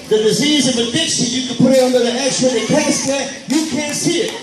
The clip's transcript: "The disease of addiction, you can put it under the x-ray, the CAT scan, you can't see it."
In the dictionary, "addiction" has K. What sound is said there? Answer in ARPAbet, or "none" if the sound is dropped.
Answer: K